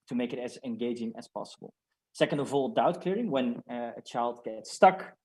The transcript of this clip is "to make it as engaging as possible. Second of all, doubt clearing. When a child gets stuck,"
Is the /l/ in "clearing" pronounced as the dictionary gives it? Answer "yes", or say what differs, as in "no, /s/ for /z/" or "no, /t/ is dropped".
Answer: yes